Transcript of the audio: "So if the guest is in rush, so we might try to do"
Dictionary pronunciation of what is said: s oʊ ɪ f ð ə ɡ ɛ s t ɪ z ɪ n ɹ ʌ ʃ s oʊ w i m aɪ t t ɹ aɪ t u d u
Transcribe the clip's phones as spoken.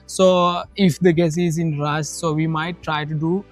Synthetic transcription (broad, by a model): s oʊ ɪ f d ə ɡ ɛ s ɪ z ɪ n ɹ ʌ s s oʊ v i m aɪ t t ɹ aɪ t u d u